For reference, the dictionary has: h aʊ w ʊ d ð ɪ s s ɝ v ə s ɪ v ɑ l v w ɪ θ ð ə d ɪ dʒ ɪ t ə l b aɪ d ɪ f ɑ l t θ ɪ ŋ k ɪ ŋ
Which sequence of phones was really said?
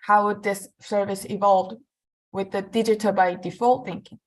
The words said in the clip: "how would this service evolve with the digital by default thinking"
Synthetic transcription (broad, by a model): h aʊ w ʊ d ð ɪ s s ɝ v ə s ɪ v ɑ l v w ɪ ð ə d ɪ dʒ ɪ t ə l b aɪ d ɪ f ɑ l t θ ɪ ŋ k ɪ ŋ